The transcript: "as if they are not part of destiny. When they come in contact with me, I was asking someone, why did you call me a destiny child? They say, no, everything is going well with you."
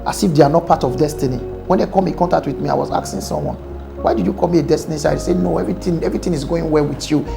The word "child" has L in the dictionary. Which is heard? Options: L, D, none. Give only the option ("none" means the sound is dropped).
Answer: none